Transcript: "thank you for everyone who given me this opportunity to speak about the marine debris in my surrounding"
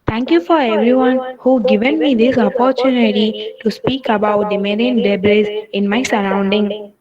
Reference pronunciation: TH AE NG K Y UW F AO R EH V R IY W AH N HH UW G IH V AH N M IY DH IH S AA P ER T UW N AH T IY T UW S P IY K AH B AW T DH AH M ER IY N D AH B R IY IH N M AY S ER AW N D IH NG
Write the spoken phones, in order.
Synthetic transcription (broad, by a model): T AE NG K Y UW F AO R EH V R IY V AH N HH UW G IH V AH N M IY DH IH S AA P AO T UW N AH T IY T UW S P IY K AH B AW T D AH M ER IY N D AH B L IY IH N M AY S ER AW N D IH NG